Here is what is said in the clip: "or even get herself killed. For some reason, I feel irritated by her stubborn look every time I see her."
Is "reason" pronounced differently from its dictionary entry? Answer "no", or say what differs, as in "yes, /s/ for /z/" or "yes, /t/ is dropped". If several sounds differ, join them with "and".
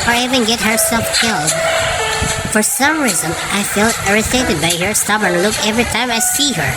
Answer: no